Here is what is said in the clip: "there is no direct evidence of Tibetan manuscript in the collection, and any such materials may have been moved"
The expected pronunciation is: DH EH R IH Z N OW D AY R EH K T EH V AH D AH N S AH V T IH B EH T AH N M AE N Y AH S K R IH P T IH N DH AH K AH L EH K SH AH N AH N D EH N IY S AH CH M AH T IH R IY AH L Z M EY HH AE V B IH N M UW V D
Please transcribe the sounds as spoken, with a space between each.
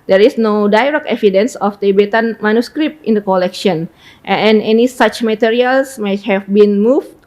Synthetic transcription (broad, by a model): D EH R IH S N OW D AY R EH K EH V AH D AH N S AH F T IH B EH T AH N M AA N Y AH S K R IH P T IH N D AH K AH L EH K SH AH N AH N EH N IY S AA CH M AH T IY R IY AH L S M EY HH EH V B IH N M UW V